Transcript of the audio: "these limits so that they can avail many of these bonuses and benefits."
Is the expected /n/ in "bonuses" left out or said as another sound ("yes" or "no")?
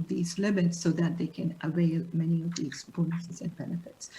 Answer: yes